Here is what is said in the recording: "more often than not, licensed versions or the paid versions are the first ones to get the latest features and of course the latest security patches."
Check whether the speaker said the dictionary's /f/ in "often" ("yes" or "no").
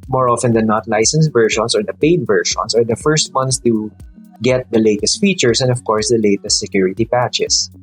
yes